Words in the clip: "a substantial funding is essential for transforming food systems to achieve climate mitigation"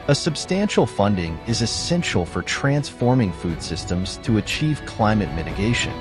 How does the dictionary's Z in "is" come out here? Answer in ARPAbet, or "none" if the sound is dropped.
Z